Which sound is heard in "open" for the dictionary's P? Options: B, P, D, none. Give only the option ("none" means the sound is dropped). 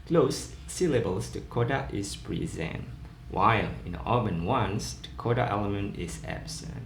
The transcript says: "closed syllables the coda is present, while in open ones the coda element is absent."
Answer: B